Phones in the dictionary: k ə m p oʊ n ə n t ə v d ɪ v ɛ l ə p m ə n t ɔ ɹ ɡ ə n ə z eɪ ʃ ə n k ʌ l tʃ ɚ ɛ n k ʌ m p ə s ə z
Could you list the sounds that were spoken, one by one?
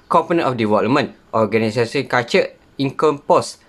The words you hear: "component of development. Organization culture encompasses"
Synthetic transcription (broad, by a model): k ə m p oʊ n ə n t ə f d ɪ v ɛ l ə m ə n t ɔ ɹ ɡ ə n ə s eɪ s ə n k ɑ tʃ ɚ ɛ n k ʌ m p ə s